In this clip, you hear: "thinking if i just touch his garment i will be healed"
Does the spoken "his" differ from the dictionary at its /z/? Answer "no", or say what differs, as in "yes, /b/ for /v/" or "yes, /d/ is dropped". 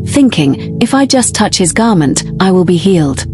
no